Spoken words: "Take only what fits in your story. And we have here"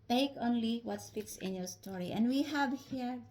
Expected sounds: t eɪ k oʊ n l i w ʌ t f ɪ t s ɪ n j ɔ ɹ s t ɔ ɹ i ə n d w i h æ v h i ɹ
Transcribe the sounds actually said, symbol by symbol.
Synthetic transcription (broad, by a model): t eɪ k oʊ n l i w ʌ t p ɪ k s ɪ n j ɔ ɹ s t ɔ ɹ i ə n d w i h æ v h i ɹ